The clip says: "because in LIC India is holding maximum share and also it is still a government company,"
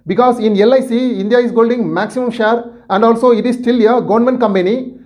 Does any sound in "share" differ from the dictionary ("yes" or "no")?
no